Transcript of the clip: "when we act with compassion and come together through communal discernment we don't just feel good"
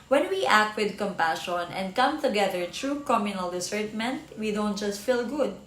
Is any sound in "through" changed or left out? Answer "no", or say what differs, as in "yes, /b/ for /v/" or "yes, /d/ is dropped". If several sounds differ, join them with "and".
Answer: yes, /t/ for /θ/